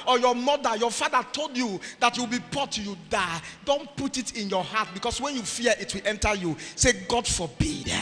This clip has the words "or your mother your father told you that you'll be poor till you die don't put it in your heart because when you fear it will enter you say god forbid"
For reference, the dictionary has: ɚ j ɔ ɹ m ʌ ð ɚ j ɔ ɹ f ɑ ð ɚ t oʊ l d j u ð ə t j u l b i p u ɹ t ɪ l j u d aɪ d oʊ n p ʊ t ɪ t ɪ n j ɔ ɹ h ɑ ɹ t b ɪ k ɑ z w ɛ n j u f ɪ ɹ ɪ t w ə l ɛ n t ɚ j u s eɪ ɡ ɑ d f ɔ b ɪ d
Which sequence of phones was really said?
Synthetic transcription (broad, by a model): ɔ j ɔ m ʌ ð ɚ j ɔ f ɑ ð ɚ t oʊ l d j u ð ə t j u w b i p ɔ t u j u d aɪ d oʊ n p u t ɪ t ɪ n j ɔ h ɑ t b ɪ k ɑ s w ɛ n j u f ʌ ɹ ɪ t w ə l ɛ n t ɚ j u s eɪ ɡ ɑ d f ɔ b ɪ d